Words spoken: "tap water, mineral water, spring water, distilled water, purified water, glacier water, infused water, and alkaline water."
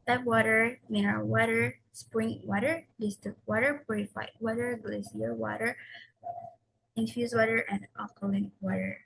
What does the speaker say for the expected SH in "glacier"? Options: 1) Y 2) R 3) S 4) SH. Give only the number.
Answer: 3